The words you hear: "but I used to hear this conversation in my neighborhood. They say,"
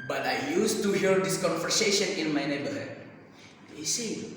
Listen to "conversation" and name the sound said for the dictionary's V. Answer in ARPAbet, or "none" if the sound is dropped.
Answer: F